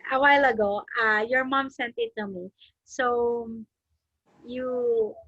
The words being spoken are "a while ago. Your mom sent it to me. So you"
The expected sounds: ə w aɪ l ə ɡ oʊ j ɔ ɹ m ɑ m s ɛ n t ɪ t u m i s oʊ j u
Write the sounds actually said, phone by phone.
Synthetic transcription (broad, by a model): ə w aɪ l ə ɡ oʊ j ɔ ɹ m ɑ m s ɛ n t ɪ t u m i s oʊ j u